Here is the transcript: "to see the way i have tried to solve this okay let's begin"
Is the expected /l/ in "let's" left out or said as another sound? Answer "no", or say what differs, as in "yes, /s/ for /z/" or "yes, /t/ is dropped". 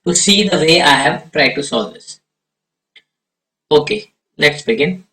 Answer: yes, /n/ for /l/